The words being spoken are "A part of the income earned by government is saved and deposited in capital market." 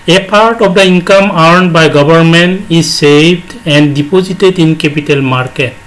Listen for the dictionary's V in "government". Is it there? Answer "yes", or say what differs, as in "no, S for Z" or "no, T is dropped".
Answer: no, B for V